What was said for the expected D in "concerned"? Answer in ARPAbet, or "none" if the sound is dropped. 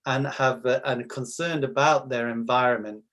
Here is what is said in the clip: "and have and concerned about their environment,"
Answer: none